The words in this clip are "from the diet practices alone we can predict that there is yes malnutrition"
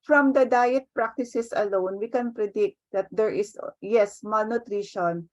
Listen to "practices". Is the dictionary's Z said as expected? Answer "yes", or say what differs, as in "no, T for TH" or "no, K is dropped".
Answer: no, S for Z